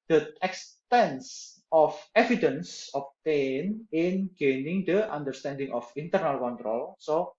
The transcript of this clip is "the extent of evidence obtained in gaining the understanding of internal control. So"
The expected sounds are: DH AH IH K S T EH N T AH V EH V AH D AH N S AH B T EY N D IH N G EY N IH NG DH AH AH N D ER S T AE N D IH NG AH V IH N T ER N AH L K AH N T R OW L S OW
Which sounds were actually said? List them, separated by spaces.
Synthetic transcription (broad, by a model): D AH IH K S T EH N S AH F EH V AH D AH N S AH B T EY N IH N G EY N IH NG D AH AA N D ER S T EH N D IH NG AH F IH N T ER N AH L K AH N T R OW L S OW